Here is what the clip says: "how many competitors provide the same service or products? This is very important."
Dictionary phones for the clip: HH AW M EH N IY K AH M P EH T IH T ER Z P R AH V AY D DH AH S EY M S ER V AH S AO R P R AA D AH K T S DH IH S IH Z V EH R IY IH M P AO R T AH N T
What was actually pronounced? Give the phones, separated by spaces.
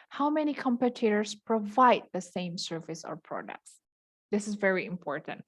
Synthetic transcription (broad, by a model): HH AW M EH N IY K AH M P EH T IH T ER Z P R AH V AY D DH AH S EY M S ER V AH S AO R P R AA D AH K T S DH IH S IH Z V EH R IY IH M P AO R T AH N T